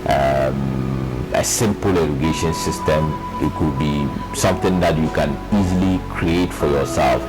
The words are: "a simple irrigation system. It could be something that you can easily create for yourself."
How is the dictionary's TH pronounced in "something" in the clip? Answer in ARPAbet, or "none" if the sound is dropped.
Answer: T